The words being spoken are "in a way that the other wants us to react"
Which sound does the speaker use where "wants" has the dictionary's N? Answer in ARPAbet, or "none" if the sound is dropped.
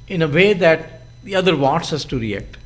none